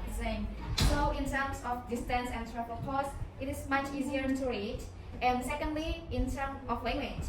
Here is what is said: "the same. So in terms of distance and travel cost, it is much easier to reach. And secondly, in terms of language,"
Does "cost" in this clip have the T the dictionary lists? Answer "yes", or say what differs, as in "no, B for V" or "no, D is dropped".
no, T is dropped